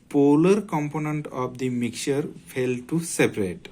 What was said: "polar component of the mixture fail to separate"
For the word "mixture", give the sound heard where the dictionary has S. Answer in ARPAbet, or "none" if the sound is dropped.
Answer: none